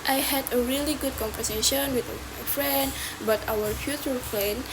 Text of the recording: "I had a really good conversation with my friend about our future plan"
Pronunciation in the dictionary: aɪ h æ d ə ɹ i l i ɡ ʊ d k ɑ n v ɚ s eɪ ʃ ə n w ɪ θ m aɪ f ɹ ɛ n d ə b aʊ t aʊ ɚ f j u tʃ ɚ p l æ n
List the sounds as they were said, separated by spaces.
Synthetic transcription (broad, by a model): aɪ h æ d ə ɹ i l i ɡ ʊ d k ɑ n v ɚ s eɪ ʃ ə n w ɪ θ m aɪ f ɹ ɛ n d b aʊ t aʊ ɚ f j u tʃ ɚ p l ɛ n